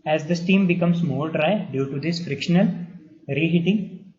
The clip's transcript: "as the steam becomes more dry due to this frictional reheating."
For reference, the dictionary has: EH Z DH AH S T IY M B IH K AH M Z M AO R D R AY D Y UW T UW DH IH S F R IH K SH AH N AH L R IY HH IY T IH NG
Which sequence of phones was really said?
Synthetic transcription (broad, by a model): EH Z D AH S T IY M B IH K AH M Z M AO L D R AY D Y UW T UW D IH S F R IH K SH AH N AH L R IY HH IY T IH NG